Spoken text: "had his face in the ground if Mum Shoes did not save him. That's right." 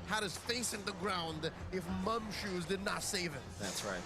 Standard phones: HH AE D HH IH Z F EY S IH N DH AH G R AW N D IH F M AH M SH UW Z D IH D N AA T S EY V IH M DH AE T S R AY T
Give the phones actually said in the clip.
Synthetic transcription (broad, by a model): HH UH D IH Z F EY S IH N DH AH G R AW N D IH F M AH M SH UW Z D IH D N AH T S EY V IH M DH AE T S R AY T